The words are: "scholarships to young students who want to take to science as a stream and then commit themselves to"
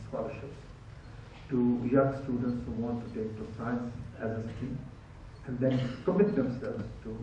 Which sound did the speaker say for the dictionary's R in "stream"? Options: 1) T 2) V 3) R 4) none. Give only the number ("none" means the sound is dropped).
4